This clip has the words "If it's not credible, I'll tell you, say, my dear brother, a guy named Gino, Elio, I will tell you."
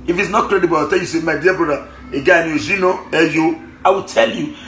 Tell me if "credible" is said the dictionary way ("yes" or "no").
yes